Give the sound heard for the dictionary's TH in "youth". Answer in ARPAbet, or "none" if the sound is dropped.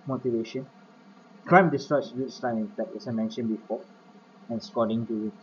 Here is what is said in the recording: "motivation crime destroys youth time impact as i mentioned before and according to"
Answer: S